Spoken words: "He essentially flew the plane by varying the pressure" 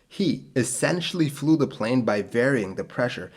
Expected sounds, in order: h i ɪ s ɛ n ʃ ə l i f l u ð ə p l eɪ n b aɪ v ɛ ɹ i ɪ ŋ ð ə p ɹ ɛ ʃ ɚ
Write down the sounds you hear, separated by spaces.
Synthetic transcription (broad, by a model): h i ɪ s ɛ n ʃ l i f l u ð ə p l eɪ n b aɪ v ɛ ɹ i ɪ ŋ ð ə p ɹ ɛ ʃ ɚ